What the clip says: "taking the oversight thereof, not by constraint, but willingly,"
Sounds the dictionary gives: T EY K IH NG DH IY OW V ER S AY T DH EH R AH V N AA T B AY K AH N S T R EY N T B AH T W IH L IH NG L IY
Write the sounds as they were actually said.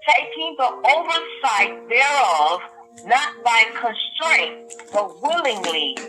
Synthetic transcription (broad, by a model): T EY K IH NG DH IY OW V ER S AY T DH EH R AH V N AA T B AY K AH N S T R EY N T B AH T W IH L IH NG L IY